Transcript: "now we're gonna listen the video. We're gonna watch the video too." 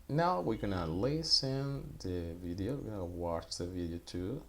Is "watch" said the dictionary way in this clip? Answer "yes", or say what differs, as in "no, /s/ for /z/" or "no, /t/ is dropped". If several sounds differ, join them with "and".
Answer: yes